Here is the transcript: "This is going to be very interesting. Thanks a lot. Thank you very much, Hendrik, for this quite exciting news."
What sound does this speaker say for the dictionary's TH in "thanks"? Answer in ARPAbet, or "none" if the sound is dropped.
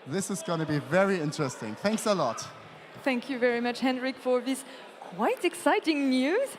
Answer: TH